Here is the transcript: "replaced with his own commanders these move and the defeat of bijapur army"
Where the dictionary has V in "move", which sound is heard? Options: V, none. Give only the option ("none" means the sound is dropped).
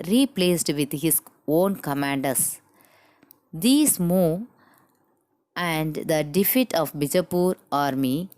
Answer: none